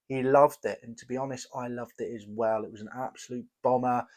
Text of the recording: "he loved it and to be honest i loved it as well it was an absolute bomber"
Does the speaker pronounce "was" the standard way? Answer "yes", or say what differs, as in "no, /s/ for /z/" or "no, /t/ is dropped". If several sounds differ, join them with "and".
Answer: yes